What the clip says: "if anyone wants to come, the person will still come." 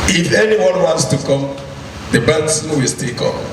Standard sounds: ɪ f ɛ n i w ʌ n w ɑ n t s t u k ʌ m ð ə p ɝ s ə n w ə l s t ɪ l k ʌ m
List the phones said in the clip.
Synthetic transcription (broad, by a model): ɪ f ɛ n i w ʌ n w ɑ n t s t u k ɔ m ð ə b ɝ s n w ə l s t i l k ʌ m